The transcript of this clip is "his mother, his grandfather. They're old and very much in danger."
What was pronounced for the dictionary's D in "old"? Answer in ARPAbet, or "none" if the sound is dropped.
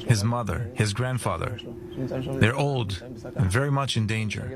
D